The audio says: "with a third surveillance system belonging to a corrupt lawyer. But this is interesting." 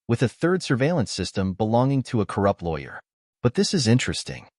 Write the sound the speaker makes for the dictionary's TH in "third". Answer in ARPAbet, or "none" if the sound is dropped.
TH